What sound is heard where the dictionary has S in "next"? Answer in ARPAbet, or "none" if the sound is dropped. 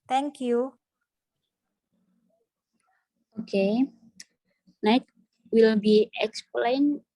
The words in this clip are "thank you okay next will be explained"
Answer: none